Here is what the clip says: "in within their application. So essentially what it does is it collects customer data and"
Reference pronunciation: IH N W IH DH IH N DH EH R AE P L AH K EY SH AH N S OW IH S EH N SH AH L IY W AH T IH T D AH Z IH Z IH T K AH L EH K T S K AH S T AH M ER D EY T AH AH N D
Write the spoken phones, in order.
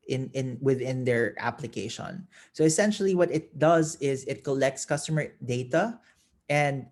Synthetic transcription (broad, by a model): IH N W IH DH IH N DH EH R AE P L AH K EY SH AH N S OW IH S EH N SH AH L IY W AH T IH T D AH Z IH Z IH T K AH L EH K T S K AH S T AH M ER D EY T AH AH N D